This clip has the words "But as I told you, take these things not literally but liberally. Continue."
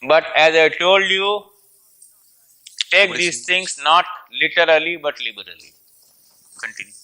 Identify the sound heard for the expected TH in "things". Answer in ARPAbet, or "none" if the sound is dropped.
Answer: T